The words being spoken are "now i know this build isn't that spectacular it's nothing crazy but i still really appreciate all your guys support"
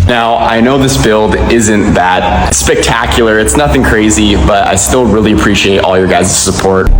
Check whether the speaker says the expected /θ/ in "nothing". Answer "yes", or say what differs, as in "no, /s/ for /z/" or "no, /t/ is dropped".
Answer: yes